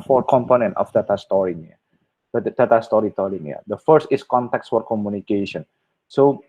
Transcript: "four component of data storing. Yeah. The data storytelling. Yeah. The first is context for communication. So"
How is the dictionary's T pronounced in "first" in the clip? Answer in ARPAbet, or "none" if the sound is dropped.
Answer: T